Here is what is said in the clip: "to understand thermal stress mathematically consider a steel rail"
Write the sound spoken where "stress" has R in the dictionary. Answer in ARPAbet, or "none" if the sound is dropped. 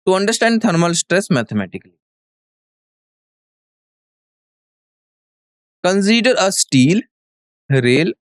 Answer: R